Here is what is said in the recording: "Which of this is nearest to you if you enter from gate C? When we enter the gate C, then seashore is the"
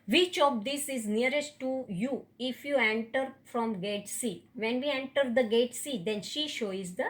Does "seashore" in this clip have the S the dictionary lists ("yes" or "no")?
no